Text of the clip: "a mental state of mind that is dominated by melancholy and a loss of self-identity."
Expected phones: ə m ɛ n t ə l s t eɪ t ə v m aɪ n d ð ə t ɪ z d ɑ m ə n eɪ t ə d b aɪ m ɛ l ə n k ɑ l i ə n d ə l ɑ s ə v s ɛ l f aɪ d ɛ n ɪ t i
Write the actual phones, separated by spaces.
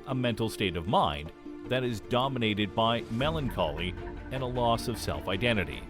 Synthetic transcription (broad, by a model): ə m ɛ n t l s t eɪ t ə v m aɪ n ð ə t ɪ z d ɑ m ə n eɪ t ə d b aɪ m ɛ l ə n k ɑ l i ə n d ə l ɑ s ə v s ɛ l f aɪ d ɛ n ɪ t i